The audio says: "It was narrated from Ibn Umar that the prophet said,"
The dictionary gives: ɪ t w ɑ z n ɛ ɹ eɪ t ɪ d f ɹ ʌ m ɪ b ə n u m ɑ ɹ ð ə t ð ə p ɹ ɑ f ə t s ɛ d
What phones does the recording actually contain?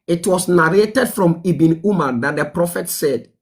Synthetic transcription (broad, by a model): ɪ t w ɑ s n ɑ ɹ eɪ t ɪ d f ɹ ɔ m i b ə n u m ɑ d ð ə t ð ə p ɹ ɑ f ə t s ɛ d